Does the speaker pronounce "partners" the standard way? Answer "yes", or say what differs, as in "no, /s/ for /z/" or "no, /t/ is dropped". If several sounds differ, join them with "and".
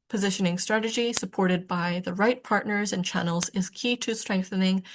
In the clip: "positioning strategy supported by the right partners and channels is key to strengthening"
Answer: yes